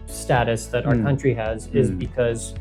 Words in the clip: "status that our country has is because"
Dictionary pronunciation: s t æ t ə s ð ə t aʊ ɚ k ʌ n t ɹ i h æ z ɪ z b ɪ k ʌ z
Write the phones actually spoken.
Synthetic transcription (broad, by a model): s t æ t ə s ð ə t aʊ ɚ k ʌ n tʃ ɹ i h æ z ɪ z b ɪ k ʌ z